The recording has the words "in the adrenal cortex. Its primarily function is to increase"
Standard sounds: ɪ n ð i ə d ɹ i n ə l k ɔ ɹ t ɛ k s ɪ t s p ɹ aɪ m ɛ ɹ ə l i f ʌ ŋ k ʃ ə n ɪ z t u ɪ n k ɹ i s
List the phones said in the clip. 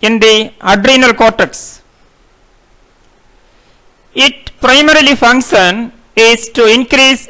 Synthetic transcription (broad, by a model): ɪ n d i ə d ɹ i n ə l k ɔ ɹ t ɛ k s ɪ t p ɹ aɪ m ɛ ɹ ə l i f ʌ ŋ k ʃ ə n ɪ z t u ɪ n k ɹ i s